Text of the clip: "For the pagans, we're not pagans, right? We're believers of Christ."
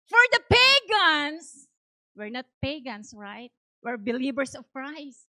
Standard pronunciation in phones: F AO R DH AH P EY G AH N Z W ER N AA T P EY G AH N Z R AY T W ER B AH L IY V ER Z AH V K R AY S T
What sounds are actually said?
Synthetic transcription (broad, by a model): F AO R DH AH P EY G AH N S W ER N AA T P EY G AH N S R AY T W ER B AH L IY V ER S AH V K R AY S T